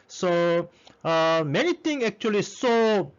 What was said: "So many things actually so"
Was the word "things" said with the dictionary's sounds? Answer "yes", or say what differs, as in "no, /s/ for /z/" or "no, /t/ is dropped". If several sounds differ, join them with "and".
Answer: no, /t/ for /θ/ and /z/ is dropped